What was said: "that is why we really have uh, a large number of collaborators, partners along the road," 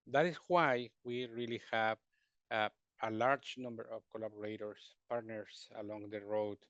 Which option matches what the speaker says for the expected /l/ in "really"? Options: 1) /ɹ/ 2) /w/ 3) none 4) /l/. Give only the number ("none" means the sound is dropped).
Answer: 4